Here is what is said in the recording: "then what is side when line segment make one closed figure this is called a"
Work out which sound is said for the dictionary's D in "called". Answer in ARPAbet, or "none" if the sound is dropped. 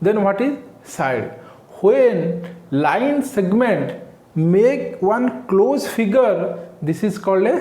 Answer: D